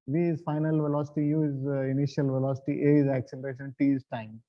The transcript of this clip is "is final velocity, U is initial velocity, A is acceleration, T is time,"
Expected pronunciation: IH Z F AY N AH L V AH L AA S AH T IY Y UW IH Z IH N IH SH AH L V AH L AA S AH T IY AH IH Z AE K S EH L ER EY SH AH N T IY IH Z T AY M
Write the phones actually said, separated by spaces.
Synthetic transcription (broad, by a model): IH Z F AY N AH L V AH L AA S AH T IY Y UW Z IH N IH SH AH L V AH L AA S AH T IY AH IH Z AE K S EH L ER EY SH AH N T IY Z T AY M